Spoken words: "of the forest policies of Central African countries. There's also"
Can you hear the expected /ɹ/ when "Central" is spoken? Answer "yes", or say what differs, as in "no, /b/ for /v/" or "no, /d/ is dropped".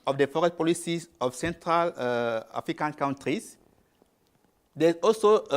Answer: yes